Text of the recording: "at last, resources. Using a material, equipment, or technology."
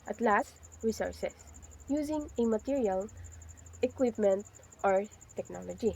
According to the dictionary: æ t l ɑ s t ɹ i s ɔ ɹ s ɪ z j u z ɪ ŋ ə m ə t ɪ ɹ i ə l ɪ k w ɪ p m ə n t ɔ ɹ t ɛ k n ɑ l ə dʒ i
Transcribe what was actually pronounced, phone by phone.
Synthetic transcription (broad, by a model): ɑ t l ɑ s t ɹ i s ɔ ɹ s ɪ s j u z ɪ ŋ ə m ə t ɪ ɹ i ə l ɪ k w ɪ p m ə n t ɔ ɹ t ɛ k n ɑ l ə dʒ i